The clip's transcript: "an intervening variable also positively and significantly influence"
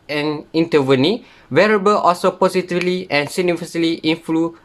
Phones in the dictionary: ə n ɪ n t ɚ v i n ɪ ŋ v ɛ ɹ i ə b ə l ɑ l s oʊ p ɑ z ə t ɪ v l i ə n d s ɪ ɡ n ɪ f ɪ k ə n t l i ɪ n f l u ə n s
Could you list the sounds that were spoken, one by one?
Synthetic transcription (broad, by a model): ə n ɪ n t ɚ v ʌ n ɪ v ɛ ɹ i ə b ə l ɑ l s oʊ p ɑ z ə t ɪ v l i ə n s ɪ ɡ n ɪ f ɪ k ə l t i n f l u